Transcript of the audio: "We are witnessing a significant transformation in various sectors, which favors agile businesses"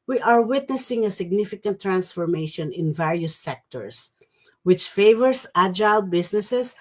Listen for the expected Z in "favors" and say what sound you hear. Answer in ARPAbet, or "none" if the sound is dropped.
S